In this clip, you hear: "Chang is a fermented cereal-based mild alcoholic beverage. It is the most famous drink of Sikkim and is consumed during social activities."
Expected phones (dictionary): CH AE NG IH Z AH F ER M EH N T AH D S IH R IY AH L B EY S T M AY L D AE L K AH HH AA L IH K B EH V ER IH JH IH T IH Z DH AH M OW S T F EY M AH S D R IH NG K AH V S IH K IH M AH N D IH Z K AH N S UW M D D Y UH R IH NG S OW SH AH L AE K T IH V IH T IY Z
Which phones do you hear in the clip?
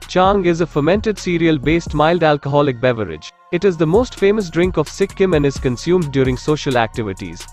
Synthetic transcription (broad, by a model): CH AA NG IH Z AH F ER M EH N T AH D S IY R IY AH L B EY S T M AY L D AE L K AH HH AA L IH K B EH V ER IH JH IH T IH Z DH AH M OW S T F EY M AH S D R IH NG K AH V S IH K IH M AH N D IH Z K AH N S UW M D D Y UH R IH NG S OW SH AH L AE K T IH V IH T IY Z